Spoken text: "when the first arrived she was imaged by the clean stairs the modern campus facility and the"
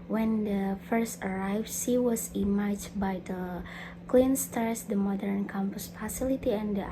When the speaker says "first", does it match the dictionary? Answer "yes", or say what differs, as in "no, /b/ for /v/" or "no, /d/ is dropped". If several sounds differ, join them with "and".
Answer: yes